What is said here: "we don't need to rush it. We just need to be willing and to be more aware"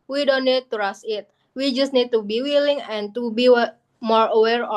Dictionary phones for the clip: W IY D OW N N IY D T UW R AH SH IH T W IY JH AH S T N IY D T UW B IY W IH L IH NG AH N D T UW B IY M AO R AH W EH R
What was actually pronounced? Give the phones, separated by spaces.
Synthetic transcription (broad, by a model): W IY D OW N N IY D T UW R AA S IH T W IY JH AH S T N IY D T UW B IY W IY L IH NG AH N T UW B IY M AO R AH W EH R